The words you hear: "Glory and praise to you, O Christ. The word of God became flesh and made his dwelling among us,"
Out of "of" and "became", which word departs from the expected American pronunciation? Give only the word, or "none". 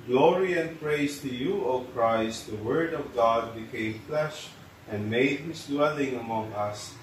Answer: none